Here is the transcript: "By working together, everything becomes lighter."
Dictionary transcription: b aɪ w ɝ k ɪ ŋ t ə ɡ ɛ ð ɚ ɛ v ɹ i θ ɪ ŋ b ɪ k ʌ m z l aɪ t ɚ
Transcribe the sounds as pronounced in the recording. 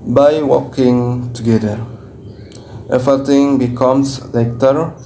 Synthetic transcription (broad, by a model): b aɪ w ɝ k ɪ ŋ t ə ɡ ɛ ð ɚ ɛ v i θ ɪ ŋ b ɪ k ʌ m s l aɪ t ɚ